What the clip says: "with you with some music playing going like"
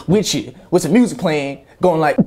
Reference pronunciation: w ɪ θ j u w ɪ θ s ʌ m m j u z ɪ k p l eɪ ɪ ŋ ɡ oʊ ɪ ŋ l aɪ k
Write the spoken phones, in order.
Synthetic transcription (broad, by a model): w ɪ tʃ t w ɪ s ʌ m m j u z ɪ k p l eɪ ɪ ŋ ɡ oʊ ɪ ŋ l aɪ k